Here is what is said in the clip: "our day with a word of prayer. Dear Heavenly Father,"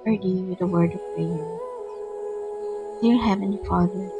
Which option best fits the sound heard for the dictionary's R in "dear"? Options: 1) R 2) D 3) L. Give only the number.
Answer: 3